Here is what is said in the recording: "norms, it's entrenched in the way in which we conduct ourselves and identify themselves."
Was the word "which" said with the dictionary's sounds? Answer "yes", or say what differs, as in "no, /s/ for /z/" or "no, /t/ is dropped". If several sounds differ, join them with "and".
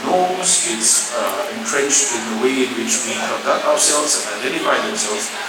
yes